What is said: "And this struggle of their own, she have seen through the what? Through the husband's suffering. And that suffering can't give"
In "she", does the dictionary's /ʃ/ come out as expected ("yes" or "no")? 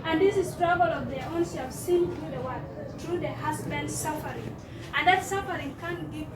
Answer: no